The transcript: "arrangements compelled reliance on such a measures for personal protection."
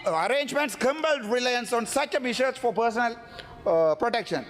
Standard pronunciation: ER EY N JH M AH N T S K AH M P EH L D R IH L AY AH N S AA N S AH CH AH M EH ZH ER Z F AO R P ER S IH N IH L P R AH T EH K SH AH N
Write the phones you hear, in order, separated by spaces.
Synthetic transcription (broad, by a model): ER EY N JH M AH N T S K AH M B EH L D R IH L AY AH N S AA N S AH CH AH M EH SH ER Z F AO R P ER S IH N IH L P R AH T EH K SH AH N